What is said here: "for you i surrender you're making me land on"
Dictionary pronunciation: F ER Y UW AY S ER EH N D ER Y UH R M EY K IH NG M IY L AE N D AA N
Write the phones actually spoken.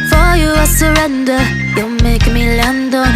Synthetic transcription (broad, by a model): F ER Y UW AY S ER EH N D ER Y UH L M EY IH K M IY L AE N D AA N